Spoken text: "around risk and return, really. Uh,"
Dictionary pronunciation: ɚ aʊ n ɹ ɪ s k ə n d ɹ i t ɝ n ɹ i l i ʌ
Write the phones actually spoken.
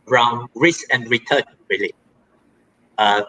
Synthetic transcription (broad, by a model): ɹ aʊ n ɹ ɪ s ə n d ɹ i t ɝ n ɹ i l i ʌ